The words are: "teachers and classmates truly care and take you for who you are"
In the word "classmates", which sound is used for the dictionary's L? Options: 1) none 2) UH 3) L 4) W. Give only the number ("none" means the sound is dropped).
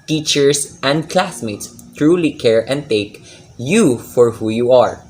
3